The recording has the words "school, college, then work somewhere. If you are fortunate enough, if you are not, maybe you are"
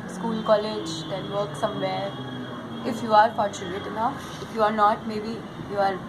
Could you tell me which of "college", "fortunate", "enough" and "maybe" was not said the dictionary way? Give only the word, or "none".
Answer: enough